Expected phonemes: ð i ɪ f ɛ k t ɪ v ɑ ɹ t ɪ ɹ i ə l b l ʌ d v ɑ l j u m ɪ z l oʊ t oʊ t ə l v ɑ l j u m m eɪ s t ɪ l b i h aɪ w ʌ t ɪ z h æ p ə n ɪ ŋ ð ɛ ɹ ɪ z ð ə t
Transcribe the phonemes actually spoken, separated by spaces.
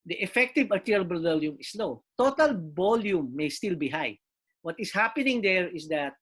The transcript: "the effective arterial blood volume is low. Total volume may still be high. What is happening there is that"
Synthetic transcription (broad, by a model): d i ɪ f ɛ k t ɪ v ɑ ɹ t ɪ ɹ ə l b ʌ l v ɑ l j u m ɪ s l oʊ t oʊ t ə l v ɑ l j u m m eɪ s t ɪ l b i h aɪ w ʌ t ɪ s h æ p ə n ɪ ŋ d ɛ ɹ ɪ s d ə t